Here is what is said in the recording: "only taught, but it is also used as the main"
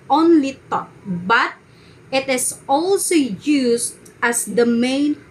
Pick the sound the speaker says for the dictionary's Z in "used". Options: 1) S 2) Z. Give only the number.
1